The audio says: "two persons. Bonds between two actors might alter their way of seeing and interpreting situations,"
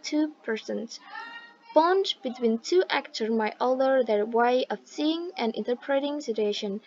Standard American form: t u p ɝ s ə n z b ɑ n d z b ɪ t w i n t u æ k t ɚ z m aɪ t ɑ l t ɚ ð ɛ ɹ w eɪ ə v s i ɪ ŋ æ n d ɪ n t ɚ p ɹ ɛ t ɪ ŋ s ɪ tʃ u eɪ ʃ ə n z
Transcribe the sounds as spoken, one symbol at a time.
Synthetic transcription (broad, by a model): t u p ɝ s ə n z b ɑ n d b ɪ t w i n t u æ k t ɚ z m aɪ t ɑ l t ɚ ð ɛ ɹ w eɪ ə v s i ɪ ŋ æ n ɪ n t ɚ p ɹ ɛ t ɪ ŋ s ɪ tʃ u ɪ ʃ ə n